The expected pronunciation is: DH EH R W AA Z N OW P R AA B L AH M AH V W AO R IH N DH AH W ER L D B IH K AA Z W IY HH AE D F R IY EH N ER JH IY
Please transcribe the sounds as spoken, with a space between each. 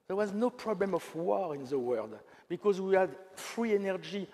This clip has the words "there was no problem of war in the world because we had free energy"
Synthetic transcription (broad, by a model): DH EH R W AA Z N OW P R AA B L AH M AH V W AO R IH N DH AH W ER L D B IH K AA Z W IY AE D F R IY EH N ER JH IY